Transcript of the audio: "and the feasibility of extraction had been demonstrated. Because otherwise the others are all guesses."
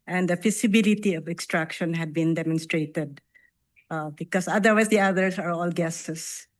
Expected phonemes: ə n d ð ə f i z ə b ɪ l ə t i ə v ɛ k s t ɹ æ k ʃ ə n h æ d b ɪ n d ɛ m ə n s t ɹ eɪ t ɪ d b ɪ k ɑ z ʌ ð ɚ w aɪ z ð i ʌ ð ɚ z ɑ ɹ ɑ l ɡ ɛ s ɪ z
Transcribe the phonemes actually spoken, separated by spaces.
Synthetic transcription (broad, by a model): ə n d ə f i s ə b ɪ l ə t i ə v ɛ k s t ɹ æ k ʃ ə n h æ d b ɪ n d ɛ m ə n s t ɹ eɪ t ɪ d b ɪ k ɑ s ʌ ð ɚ w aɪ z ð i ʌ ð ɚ s ɑ ɹ ɑ l ɡ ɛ s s